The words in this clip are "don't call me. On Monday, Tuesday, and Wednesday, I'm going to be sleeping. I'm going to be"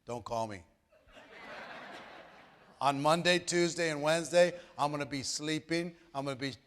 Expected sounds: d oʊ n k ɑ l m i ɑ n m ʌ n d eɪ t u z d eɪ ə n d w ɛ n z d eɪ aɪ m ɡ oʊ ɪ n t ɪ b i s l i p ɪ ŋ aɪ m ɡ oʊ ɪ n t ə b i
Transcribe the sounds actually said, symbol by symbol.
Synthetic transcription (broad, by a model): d oʊ n k ɑ l m i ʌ n m ʌ n d eɪ t u z d eɪ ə n w ɛ n z d eɪ aɪ m ɡ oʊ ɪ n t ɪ b i s l i p ɪ ŋ aɪ m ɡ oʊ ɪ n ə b i